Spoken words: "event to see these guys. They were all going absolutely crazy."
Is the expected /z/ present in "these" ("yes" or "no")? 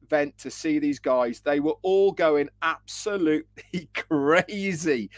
yes